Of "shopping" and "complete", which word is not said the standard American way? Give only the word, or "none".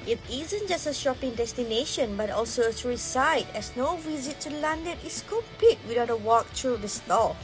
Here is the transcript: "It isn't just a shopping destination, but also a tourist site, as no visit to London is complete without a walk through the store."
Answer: none